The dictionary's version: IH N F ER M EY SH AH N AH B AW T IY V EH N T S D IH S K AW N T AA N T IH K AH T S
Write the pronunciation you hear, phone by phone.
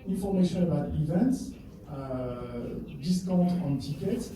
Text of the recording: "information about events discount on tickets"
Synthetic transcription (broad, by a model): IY N F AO M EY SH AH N AH B AW T IY V EH N T S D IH S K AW T AA N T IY K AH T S